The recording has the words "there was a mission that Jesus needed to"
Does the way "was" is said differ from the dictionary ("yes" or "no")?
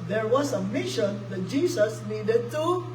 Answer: yes